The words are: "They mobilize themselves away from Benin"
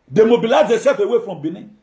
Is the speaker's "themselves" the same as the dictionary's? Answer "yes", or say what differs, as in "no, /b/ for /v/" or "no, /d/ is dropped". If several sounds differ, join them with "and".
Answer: no, /m/ is dropped